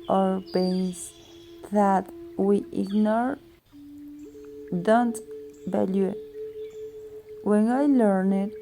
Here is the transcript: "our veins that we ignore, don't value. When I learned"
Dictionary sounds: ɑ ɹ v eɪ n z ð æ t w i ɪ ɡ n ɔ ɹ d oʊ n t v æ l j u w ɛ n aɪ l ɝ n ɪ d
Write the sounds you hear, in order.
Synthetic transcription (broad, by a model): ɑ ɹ b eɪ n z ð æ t w i ɪ ɡ n ɔ ɹ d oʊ n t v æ l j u w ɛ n aɪ l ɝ n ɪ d